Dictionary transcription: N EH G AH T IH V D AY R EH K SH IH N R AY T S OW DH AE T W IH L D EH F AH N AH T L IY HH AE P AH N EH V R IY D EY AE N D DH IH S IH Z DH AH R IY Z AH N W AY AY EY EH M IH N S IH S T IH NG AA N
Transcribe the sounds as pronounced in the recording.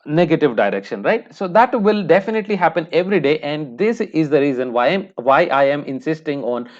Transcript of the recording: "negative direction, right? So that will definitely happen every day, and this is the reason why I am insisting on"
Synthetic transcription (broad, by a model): N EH G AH T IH V D AY R EH K SH IH N R AY T S OW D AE T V IH L D EH F AH N AH T L IY HH AE P AH N EH V R IY D EY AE N D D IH S IH Z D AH R IY Z AH N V AY AY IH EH M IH N S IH S T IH NG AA N